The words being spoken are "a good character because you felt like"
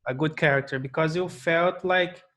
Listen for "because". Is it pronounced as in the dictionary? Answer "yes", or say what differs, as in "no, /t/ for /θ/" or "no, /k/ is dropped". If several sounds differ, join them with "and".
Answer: yes